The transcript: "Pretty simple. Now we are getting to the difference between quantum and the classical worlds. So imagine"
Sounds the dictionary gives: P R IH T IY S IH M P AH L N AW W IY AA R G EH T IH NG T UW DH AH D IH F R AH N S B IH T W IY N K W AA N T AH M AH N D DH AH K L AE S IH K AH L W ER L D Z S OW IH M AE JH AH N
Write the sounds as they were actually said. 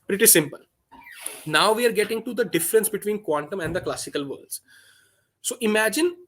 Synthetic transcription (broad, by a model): P R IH T IY S IH M P AH L N AW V IY AA R G EH T IH NG T UW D AH D IH F R AH N S B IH T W IY N K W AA N T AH M AH N D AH K L AE S IH K AH L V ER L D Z S OW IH M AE JH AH N